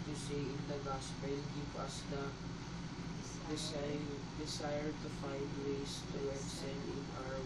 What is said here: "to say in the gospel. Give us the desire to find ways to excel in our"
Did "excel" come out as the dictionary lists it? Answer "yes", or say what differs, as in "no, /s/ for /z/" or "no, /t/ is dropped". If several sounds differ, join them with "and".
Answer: no, /n/ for /l/